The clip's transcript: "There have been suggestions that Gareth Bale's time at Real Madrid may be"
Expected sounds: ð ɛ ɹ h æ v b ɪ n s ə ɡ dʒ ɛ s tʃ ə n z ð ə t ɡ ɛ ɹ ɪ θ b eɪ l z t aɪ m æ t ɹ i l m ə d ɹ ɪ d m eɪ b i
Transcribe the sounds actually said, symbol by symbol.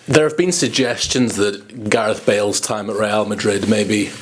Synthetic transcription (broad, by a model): ð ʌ ɹ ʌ v b ɪ n s ə ɡ dʒ ɛ s tʃ ə n z ð ə t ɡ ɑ ɹ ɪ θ b eɪ l z t aɪ m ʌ t ɹ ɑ l m ə d ɹ ɪ d m eɪ b i